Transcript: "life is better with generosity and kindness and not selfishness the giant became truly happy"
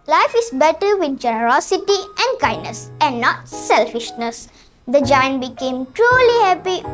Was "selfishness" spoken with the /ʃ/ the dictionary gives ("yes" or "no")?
yes